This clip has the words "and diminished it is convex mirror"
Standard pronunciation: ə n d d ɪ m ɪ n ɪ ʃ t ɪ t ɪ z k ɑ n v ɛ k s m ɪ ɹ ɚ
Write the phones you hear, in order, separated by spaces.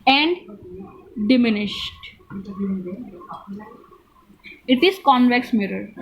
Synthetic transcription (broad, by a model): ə n d d ɪ m ɪ n ɪ ʃ t ɪ t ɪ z k ɑ n v ɛ k s m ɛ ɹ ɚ